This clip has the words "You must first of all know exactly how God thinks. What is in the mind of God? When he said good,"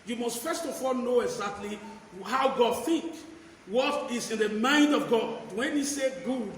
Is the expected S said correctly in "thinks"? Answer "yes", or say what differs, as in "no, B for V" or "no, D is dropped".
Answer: no, S is dropped